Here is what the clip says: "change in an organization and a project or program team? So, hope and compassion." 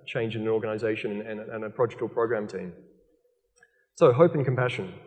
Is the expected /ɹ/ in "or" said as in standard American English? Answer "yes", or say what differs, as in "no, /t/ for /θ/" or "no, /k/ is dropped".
no, /l/ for /ɹ/